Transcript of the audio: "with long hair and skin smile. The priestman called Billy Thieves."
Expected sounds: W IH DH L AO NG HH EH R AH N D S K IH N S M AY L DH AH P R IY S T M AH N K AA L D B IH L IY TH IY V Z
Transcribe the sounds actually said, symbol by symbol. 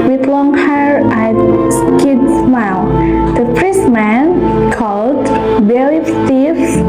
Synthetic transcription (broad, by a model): W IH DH L AO NG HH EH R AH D S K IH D S M AY L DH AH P R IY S M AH N K AA L D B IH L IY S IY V